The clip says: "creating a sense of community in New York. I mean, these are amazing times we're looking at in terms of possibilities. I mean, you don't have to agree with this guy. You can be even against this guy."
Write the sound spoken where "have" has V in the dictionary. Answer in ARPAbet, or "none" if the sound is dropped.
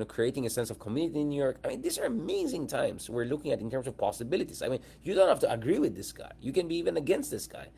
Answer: F